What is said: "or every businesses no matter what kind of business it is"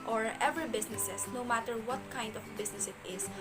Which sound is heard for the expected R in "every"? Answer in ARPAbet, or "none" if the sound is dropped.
none